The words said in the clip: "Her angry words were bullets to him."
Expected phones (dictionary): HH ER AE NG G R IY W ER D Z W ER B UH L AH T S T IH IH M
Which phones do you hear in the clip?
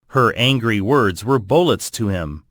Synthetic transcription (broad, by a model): HH ER AE NG G R IY W ER D Z W ER B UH L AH T S T IH IH M